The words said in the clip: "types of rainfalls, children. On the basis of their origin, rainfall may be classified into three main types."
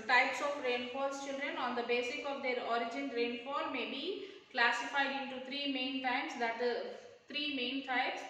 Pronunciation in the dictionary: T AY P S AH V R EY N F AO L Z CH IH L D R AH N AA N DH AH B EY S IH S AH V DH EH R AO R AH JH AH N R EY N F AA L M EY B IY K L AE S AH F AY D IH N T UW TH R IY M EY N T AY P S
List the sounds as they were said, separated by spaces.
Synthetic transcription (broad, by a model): T AY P S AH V R EY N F AO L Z CH IH L D R AH N AA N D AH B EY S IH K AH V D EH R AO R AH JH AH N R EY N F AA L M EY B IY K L AE S AH F AY D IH N T UW T R IY M EY N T AY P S